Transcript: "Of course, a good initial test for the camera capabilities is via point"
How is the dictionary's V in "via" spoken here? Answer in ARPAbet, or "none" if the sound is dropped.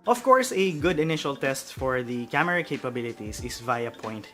V